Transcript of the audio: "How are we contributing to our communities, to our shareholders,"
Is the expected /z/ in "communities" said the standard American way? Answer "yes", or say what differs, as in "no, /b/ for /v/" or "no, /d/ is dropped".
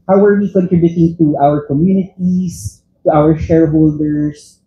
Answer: no, /s/ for /z/